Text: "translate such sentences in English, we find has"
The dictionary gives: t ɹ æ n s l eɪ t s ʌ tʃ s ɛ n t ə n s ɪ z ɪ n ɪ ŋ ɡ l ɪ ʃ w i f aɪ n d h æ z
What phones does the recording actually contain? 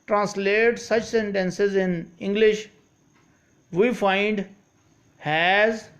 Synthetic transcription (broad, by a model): t ɹ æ n s l eɪ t s ʌ tʃ s ɛ n t ə n s ɪ z ɪ n ɪ ŋ ɡ l ɪ ʃ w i f aɪ n d h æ z